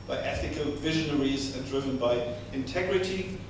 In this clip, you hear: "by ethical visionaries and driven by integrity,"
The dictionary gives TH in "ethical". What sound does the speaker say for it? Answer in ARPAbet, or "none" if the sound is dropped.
TH